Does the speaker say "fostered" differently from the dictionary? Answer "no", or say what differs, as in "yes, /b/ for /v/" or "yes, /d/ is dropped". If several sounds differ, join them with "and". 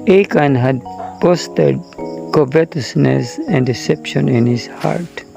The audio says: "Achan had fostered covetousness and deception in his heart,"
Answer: yes, /p/ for /f/